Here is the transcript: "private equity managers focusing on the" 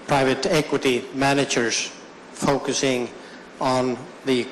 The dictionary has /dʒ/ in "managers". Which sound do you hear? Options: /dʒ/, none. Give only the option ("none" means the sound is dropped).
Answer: /dʒ/